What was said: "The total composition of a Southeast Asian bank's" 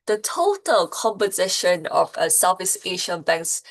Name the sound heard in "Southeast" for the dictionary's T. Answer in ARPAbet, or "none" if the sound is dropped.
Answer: none